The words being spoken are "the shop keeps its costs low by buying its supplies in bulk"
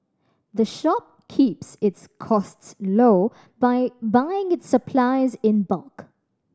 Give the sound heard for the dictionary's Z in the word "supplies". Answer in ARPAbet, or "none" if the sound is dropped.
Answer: Z